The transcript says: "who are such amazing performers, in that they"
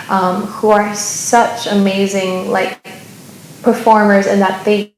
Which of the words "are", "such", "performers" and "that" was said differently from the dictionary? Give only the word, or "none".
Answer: none